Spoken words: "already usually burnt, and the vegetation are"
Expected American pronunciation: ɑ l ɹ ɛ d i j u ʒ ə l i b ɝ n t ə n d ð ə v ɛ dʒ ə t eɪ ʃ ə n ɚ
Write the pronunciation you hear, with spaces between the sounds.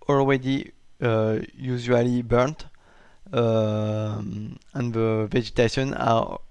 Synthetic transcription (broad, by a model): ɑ l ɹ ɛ d i j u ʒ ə l i b ɝ n t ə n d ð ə v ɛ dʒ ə t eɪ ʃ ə n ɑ